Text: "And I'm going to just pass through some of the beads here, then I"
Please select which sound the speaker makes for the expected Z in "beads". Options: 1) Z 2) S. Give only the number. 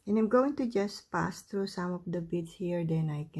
2